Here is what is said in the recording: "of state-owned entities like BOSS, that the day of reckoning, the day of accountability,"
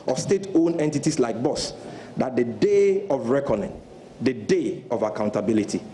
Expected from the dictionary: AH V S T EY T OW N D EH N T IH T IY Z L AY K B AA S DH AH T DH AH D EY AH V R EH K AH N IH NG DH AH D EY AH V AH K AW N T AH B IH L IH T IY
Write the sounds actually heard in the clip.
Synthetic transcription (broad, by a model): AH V S T EY T OW N EH N T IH T IY S L AY K B AA S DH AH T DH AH D EY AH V R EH K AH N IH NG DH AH D EY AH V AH K AW N T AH B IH L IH T IY